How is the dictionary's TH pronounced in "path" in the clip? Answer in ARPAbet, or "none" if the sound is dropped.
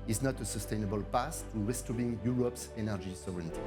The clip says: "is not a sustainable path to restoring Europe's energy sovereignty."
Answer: S